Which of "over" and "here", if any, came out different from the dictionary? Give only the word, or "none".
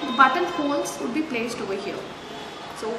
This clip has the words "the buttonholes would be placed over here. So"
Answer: here